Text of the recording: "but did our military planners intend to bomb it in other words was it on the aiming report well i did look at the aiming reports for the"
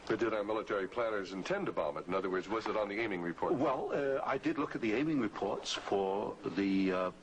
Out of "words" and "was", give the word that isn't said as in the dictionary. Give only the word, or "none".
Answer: none